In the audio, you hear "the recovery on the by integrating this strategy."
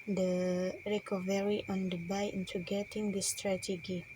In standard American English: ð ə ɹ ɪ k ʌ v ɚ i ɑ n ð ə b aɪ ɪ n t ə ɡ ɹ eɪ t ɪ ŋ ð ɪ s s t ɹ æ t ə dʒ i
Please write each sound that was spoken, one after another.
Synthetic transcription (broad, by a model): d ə ɹ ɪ k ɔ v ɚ i ɑ n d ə b aɪ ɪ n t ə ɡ eɪ t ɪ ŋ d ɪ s s t ɹ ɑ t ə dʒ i